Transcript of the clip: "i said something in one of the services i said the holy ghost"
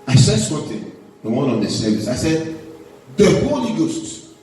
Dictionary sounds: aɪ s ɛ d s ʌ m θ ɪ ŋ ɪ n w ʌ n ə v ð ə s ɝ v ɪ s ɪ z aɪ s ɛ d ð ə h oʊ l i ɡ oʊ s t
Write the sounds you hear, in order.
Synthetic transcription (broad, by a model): aɪ s ɛ d s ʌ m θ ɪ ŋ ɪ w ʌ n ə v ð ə s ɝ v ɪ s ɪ ɪ s ɛ d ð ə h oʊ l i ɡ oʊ s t